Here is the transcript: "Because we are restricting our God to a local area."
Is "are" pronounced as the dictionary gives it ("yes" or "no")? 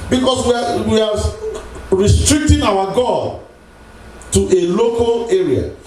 no